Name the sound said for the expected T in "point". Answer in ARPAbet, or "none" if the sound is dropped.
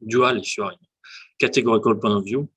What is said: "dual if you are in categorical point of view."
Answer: none